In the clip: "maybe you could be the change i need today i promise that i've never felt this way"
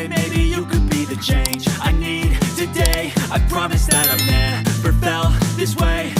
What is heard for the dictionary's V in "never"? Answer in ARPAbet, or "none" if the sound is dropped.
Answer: P